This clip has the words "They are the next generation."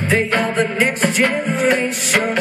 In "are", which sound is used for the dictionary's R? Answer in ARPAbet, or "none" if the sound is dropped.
L